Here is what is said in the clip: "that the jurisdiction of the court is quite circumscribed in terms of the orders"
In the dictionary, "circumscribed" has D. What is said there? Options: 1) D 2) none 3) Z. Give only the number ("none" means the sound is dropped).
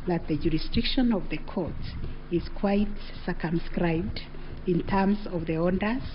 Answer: 1